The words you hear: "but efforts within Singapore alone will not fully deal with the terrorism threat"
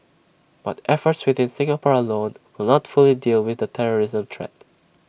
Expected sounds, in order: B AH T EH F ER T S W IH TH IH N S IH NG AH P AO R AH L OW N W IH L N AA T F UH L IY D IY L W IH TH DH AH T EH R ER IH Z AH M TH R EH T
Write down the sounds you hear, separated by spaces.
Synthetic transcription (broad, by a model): B AH T EH F ER T S W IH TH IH N S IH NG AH P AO R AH L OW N W IH L N AA T F UH L IY D IY L W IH DH AH T EH R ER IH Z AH M T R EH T